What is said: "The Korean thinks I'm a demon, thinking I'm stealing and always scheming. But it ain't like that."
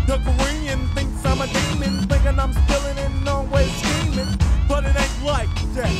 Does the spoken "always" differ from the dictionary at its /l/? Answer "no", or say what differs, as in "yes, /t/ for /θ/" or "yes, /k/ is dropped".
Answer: yes, /l/ is dropped